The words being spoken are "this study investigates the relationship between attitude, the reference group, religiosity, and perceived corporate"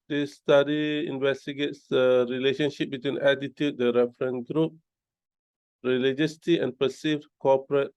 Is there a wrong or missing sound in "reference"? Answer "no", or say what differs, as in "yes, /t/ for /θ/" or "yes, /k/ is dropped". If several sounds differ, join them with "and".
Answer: yes, /s/ is dropped